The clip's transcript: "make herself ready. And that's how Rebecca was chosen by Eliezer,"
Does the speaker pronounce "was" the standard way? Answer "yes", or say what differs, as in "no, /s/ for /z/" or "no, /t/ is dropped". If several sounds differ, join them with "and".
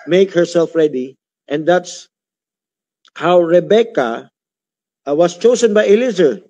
no, /s/ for /z/